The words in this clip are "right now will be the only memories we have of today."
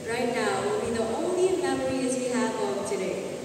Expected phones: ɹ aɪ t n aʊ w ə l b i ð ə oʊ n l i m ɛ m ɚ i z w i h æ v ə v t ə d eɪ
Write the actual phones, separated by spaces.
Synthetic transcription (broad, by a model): ɹ aɪ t n aʊ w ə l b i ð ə oʊ n l i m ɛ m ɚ i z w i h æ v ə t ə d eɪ